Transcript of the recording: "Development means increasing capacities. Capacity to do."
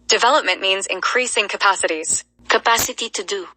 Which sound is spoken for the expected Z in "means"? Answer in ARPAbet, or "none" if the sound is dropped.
Z